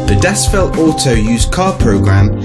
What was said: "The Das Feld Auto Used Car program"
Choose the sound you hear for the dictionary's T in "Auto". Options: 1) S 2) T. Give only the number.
1